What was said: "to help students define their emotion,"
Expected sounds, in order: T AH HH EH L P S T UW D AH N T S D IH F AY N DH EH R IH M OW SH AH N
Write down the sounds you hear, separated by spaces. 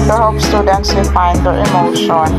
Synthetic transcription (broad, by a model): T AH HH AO P S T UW D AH N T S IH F AY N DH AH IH M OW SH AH N